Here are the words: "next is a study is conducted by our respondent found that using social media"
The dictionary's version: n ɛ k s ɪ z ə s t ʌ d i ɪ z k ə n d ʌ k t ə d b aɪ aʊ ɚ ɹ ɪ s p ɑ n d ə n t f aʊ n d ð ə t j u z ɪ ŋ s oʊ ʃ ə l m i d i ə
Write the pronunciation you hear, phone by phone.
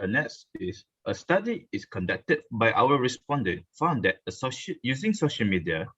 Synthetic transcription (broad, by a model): n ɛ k s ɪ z ə s t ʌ d i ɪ s k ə n d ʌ k t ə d b aɪ aʊ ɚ ɹ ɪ s p ɑ n d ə n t f aʊ n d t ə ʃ j u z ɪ ŋ s oʊ ʃ ə l m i d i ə